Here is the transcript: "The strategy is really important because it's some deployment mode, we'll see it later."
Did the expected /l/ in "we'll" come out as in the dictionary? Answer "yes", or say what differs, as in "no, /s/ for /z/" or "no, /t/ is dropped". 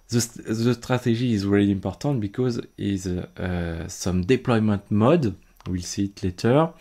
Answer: yes